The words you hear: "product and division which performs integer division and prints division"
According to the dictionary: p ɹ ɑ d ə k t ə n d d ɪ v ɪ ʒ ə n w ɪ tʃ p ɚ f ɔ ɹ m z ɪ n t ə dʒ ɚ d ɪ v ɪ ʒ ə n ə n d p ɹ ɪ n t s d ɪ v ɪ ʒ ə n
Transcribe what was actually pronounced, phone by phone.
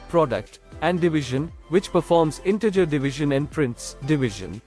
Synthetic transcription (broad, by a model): p ɹ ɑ d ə k t ə n d d ɪ v ɪ ʒ ə n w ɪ tʃ p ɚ f ɔ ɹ m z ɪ n t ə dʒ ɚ d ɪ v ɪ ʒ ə n ə n d p ɹ ɪ n t s d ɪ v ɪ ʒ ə n